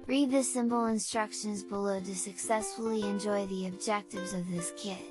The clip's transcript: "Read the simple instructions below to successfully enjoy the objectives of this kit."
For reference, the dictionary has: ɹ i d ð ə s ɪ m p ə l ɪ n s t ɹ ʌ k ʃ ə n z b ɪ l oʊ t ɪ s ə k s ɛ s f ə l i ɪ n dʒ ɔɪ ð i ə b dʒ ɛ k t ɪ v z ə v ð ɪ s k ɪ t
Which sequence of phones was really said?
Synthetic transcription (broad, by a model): ɹ i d ð ə s ɪ m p l ɪ n s t ɹ ʌ k ʃ ə n z b ɪ l oʊ t ɪ s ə k s ɛ s f l i ɪ n dʒ ɔɪ ð i ə b dʒ ɛ k t ɪ v z ə v ð ɪ s k ɪ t